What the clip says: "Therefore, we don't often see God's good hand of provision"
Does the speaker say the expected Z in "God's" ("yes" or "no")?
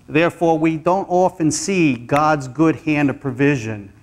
yes